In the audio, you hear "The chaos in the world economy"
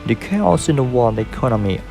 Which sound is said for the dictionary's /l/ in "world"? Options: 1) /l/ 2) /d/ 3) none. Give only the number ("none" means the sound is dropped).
3